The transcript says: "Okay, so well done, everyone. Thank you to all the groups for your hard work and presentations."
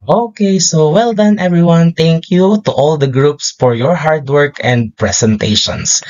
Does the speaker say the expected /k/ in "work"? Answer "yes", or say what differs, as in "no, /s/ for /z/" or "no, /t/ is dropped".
yes